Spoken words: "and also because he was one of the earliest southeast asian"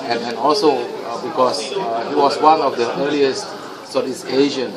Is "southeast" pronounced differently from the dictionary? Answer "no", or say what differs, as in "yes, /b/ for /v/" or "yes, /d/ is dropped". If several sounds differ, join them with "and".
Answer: yes, /t/ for /θ/ and /t/ is dropped